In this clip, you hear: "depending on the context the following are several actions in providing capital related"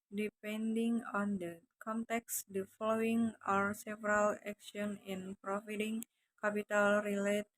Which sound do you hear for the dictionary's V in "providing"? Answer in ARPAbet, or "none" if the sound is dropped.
F